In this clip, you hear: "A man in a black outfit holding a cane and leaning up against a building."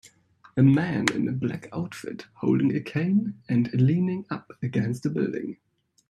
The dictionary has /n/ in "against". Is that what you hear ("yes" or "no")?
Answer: yes